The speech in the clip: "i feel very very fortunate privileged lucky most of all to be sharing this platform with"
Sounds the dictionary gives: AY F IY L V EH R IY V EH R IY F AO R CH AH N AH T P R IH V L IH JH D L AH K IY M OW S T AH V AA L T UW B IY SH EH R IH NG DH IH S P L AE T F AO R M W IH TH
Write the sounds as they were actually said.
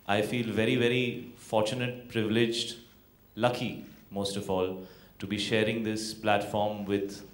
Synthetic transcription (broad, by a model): AY F IY L V EH R IY V EH R IY F AO R CH AH N AH T P R IH V L IH JH D L AH K IY M OW S T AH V AA L T UW B IY SH EH R IH NG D IH S P L AE T F AO R M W IH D